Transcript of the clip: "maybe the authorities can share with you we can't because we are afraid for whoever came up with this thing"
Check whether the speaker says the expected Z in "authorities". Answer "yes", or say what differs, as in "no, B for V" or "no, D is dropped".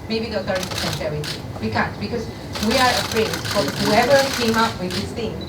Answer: no, Z is dropped